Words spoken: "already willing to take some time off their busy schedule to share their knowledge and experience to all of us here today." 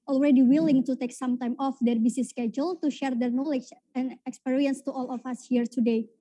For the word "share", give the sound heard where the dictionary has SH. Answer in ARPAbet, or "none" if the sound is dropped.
SH